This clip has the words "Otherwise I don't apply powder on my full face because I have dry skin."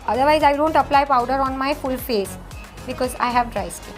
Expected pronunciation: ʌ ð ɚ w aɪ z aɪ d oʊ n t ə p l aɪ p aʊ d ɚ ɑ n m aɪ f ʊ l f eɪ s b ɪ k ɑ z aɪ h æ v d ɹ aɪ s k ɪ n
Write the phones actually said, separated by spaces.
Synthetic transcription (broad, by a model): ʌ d ɚ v aɪ z aɪ d oʊ n t ə p l aɪ p aʊ d ɚ ɑ n m aɪ f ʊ l f eɪ s b ɪ k ɑ z aɪ h æ v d ɹ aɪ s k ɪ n